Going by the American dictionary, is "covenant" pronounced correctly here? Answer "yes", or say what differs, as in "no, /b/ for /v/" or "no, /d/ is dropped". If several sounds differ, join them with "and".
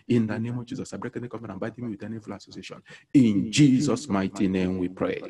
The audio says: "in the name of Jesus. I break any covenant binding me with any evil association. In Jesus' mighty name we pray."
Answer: no, /f/ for /v/